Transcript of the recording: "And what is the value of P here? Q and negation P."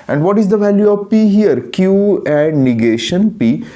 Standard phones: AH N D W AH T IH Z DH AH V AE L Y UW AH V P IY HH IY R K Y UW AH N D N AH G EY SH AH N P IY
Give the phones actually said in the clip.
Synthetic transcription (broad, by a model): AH N D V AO T IH Z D AH V AE L Y UW AH V P IY HH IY R K Y UW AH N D N AH G EY SH AH N P IY